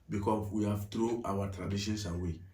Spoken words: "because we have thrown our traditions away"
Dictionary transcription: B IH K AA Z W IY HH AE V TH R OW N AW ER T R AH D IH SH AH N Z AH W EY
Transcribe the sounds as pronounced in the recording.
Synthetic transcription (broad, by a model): B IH K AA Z W IY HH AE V T R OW AW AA T R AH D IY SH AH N S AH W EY